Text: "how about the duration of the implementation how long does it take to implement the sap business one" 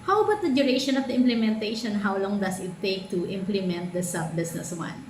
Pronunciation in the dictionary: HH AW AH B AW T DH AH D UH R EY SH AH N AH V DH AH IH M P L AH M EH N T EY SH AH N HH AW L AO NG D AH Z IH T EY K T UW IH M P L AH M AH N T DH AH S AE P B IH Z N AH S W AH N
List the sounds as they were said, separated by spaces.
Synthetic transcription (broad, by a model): HH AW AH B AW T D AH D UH R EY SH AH N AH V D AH IH M P L AH M EH N T EY SH AH N HH AW L AO NG D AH S IH T EY K T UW IH M P L AH M AH N T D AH S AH B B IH S N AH S W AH N